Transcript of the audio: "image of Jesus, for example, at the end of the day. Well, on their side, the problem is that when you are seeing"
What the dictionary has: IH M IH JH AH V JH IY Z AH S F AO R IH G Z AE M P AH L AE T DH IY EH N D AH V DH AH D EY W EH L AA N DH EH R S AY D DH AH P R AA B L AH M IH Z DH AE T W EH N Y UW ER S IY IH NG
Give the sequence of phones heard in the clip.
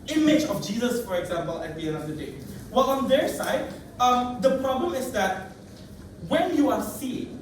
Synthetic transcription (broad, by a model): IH M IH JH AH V JH IY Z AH S F AO R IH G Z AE M P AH L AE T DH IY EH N AH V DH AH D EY W EH L AA N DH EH R S AY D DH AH P R AA B L AH M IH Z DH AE T W EH N Y UW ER S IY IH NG